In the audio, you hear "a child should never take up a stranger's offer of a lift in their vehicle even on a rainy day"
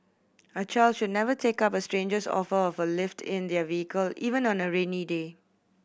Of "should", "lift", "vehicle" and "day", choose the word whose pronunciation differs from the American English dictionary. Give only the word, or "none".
none